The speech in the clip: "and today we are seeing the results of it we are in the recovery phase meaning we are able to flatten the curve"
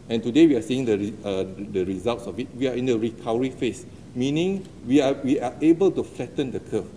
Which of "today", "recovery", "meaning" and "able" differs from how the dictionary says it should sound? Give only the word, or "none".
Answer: recovery